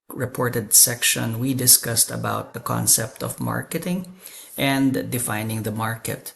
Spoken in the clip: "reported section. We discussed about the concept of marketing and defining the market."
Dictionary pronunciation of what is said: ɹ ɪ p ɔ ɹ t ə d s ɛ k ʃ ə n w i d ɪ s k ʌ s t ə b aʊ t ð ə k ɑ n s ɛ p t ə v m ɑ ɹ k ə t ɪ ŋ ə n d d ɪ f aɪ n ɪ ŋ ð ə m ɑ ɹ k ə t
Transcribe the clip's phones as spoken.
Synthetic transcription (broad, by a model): ɹ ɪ p ɔ ɹ t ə d s ɛ k ʃ ə n w i d ɪ s k ʌ s t ə b aʊ t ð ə k ɑ n s ɛ p t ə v m ɑ ɹ k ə t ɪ ŋ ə n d d ɪ f aɪ n ɪ ŋ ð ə m ɑ ɹ k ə t